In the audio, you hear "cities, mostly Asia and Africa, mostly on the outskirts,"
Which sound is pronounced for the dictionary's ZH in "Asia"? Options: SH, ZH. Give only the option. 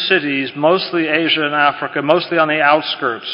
ZH